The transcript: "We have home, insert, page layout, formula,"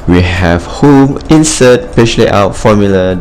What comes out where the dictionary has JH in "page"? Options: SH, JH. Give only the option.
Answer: SH